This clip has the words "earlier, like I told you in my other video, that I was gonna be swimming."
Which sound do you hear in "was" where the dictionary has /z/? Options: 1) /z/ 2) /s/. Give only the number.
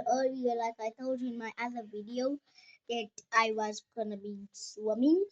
1